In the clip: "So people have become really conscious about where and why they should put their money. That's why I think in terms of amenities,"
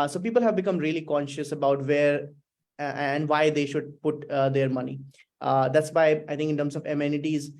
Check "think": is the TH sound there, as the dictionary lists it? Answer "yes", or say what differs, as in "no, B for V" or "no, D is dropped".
no, T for TH